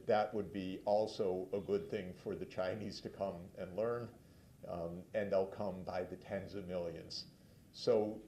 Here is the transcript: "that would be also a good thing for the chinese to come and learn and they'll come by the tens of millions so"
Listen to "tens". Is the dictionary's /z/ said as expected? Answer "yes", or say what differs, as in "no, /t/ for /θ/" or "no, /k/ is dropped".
yes